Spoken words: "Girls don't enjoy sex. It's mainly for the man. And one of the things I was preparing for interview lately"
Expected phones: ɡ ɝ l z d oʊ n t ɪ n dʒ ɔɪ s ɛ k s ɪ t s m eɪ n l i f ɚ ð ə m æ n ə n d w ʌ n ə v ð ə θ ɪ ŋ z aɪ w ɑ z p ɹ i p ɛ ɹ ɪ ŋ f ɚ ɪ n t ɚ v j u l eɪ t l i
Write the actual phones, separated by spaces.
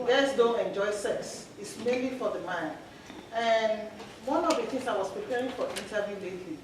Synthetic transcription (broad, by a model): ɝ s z d oʊ n t ɪ n dʒ ɔɪ s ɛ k s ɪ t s m eɪ n l i f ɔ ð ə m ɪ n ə n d w ʌ n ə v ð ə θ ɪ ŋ s aɪ w ɑ s p ɹ i p ɛ ɹ ɪ ŋ f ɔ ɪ n t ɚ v j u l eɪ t l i